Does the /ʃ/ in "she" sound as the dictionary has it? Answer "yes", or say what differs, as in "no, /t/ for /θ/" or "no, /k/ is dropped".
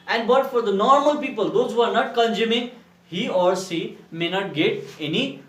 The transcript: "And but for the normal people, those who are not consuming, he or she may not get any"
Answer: no, /s/ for /ʃ/